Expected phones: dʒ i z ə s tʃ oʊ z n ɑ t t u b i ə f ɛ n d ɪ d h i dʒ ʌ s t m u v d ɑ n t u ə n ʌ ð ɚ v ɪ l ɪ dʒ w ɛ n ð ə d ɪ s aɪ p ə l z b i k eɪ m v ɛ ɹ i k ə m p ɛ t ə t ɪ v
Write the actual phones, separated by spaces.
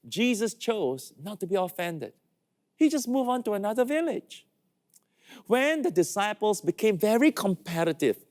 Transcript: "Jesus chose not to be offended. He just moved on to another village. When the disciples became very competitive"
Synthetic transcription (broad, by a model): dʒ i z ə s tʃ oʊ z n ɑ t t u b i ə f ɛ n d ɪ d h i dʒ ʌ s m u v ɑ n t u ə n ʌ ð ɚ v ɪ l ɪ dʒ w ɛ n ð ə d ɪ s aɪ p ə l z b i k eɪ m v ɛ ɹ i k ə m p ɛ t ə t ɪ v